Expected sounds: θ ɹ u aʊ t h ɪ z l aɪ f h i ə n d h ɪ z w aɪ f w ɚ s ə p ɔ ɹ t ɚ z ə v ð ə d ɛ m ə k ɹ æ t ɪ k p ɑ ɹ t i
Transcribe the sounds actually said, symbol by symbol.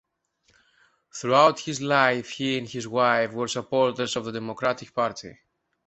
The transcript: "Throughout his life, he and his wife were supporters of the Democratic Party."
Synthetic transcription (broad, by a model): θ ɹ u aʊ t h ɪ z l aɪ f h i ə n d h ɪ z w aɪ f w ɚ s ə p ɔ ɹ t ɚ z ə v ð ə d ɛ m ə k ɹ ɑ t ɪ k p ɑ ɹ t i